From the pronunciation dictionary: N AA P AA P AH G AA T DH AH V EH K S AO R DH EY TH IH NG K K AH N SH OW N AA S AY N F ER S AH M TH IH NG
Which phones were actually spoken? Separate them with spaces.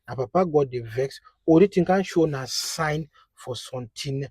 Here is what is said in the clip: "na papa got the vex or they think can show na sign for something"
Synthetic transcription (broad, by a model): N AA P AA P AH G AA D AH V EH K S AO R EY T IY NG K K AH N SH OW N AA S AY N F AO S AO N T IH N